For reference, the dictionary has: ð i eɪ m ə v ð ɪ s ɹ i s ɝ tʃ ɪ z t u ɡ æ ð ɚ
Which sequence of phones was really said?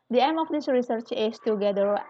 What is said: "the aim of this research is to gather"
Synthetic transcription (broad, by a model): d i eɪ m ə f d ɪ s ɹ i s ɝ tʃ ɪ s t u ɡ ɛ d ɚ